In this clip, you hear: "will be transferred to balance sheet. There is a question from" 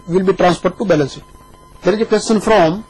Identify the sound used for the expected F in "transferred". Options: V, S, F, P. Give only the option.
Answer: P